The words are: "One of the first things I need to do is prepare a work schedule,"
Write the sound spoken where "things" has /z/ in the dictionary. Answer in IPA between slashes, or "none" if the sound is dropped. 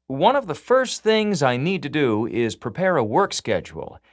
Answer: /z/